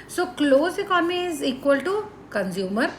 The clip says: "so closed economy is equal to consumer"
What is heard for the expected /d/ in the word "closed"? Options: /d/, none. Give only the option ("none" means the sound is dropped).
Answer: none